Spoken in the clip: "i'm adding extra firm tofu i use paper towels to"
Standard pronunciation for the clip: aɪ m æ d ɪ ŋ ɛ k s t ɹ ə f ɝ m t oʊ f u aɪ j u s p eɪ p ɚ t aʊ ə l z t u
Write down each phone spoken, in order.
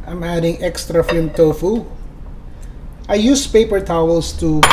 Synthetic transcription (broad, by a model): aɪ m æ d ɪ ŋ ɛ k s t ɹ ə f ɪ m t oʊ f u aɪ j u s p eɪ p ɚ t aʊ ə l s t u